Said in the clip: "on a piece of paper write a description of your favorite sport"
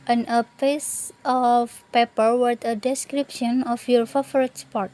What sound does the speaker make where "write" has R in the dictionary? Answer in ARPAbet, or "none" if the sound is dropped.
W